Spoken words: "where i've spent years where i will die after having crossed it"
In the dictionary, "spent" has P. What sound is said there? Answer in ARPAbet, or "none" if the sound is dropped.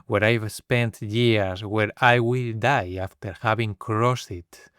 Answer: P